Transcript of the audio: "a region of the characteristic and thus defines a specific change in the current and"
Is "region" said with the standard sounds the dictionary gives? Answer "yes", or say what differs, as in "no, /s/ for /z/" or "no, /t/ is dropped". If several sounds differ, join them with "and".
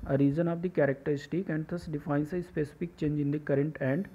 no, /z/ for /dʒ/